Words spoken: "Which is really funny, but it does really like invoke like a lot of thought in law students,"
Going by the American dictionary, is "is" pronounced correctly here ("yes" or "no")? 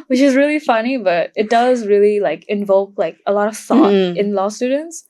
yes